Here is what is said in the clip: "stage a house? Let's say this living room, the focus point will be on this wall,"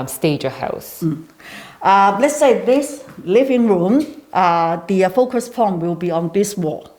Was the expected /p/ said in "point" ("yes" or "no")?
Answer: no